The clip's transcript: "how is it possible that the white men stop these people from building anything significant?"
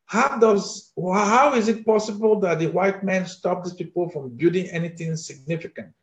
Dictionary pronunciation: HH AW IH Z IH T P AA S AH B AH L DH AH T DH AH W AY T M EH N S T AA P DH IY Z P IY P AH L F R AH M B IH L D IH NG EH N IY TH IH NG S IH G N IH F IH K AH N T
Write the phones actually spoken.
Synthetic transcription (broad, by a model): HH AW IH Z IH T P AA S AH B AH L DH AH T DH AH W AY T M EH N S T AA P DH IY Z P IY P AH L F R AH M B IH D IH NG EH N IY TH IH NG S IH G N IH F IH K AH N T